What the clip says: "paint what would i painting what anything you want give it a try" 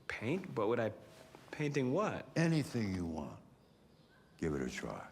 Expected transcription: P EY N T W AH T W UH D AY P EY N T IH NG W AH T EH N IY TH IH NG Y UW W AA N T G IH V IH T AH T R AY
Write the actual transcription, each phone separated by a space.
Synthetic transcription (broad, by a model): P EY N T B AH T W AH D AY P EY N T IH NG W AH T EH N IY TH IH NG Y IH W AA N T G IH V IH T AH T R AY